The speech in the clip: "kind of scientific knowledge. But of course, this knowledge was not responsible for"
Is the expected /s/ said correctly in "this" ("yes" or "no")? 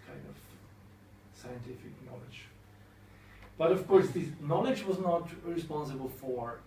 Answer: no